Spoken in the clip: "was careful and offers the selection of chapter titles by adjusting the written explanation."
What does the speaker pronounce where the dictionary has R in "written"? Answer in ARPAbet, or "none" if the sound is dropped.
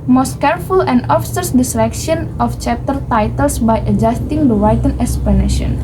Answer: W